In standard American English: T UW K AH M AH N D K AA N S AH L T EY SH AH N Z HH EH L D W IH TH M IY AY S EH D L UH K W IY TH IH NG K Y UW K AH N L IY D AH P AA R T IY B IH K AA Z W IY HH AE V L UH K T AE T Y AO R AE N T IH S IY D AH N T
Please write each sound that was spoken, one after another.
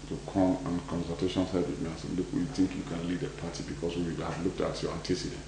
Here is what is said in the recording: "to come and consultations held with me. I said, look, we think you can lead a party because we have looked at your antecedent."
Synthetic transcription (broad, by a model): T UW K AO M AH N K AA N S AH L T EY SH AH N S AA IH D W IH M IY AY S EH L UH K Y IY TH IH NG K Y UW K AH N L IY D AH P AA T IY B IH K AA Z W IY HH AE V L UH K T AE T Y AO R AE N T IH S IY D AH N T